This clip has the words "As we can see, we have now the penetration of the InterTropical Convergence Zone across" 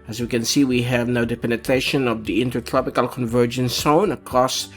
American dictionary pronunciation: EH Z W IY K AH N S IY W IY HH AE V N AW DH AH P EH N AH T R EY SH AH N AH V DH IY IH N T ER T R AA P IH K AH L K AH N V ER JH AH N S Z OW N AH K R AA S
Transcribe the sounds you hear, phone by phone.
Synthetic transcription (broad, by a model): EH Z W IY K AH N S IY W IY HH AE V N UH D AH P EH N AH T R EY SH AH N AH V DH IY IH N T ER T R AA P IH K AH L K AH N V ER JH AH N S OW N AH K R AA S